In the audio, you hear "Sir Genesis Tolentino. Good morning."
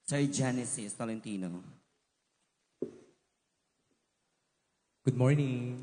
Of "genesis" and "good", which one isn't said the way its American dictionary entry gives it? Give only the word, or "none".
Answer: none